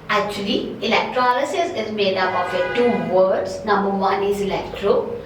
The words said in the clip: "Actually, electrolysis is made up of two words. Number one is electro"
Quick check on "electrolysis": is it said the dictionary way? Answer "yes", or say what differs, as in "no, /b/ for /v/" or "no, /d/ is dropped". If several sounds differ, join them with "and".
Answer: yes